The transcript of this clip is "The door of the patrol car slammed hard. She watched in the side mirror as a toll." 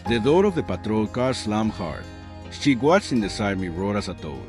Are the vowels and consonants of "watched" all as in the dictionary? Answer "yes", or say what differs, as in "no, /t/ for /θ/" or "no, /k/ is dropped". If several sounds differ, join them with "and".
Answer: no, /t/ is dropped